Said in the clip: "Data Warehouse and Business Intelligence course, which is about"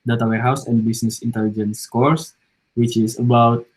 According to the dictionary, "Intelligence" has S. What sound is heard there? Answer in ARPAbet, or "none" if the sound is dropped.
S